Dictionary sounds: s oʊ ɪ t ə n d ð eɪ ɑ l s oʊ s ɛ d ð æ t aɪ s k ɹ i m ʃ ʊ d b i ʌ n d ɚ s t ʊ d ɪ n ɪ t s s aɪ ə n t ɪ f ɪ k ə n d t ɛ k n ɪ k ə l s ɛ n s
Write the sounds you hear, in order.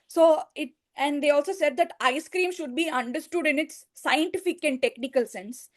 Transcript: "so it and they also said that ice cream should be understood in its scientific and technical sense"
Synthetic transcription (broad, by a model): s oʊ ɪ t ə n d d eɪ ɑ l s oʊ s ɛ d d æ t aɪ s k ɹ i m ʃ ʊ d b i ʌ n d ɚ s t ʊ d ɪ n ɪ t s s aɪ ə n t ɪ f ɪ k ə n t t ɛ k n ɪ k ə l s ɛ n s